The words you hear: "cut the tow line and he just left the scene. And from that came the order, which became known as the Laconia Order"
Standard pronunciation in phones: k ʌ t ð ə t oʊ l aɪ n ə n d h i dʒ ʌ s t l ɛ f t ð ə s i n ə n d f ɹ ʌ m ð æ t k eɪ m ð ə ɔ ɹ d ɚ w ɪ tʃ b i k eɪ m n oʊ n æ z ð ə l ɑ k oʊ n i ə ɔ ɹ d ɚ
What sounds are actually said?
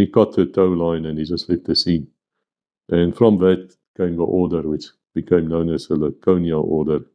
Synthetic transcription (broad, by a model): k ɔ t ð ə t oʊ l aɪ n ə n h i dʒ ʌ s t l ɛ t ð ə s i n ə n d f ɹ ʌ m ð æ t k eɪ m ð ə ɔ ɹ d ɚ w ɪ tʃ b i k eɪ m n oʊ n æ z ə l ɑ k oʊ n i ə ɔ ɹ d ɚ